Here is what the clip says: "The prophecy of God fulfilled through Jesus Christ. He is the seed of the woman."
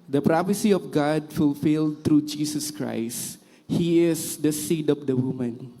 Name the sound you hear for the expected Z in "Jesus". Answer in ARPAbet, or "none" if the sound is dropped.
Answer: S